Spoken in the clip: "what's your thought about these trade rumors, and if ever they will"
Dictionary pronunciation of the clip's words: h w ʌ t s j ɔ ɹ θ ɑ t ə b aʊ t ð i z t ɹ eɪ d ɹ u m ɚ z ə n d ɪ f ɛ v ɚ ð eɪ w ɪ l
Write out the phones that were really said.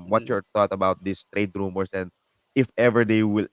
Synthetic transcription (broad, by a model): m w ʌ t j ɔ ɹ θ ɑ t ə b aʊ t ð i s t ɹ eɪ d ɹ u m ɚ s ə n d ɪ f ɛ v ɚ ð eɪ w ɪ l